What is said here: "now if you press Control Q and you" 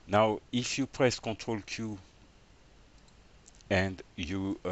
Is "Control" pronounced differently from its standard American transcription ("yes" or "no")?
yes